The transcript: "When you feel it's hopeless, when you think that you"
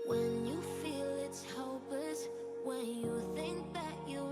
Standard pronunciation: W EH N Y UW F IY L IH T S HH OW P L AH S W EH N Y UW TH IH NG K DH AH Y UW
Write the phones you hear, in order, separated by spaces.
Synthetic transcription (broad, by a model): W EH N Y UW F IY L IH T S HH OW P AH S W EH N Y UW TH IH NG K DH AH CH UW